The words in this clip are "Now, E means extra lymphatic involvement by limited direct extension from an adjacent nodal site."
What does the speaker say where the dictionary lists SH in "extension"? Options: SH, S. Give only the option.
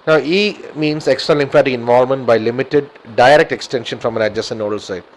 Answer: SH